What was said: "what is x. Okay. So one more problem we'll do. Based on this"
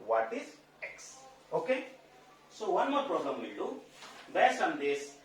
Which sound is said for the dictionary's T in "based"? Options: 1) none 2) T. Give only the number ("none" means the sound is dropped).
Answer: 1